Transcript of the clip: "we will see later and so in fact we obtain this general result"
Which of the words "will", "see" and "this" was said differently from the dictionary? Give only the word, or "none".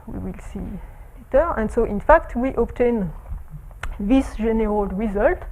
none